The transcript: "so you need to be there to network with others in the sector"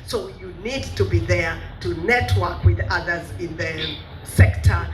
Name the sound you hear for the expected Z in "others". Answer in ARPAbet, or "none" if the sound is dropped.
Z